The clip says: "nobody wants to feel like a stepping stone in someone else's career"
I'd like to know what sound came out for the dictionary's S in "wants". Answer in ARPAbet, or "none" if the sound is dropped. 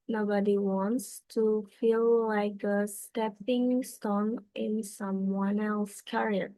S